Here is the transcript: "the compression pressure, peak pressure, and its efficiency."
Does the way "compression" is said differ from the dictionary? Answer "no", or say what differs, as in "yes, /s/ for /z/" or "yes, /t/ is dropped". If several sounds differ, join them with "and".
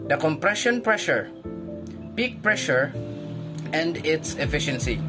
no